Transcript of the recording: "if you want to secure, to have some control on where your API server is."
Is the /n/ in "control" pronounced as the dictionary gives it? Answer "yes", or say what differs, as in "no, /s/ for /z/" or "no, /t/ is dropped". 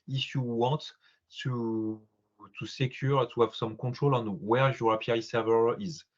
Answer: no, /n/ is dropped